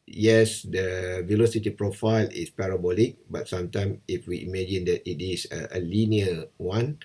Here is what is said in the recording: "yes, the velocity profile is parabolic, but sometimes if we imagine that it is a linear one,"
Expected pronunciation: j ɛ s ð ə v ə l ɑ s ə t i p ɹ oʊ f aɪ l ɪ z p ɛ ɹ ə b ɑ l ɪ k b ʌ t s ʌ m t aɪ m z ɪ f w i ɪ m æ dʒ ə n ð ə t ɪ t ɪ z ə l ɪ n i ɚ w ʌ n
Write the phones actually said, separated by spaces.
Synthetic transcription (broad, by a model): j ɛ s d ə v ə l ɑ s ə t i p ɹ oʊ f aɪ l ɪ s p ɛ ɹ ə b ɑ l ɪ k b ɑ t s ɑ m t aɪ m ɪ f w i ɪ m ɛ dʒ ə n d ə t ɪ t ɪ s ə l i n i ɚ w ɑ n